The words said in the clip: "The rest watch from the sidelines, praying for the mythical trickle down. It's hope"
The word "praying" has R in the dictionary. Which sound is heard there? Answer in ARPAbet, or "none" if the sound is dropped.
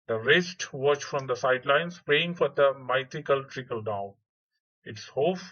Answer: none